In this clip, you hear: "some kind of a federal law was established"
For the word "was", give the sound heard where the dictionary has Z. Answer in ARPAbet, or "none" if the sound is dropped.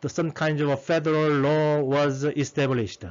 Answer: Z